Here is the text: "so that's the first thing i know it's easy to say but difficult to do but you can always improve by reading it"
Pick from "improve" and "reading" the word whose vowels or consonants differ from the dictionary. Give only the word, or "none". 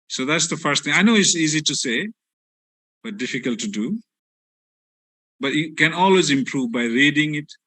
none